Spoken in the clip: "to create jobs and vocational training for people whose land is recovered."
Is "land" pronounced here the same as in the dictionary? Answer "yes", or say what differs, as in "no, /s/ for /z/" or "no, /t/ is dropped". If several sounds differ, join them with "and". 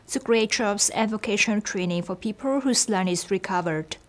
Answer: no, /d/ is dropped